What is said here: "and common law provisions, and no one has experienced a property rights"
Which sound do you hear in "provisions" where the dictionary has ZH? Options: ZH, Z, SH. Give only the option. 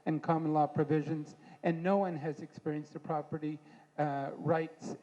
ZH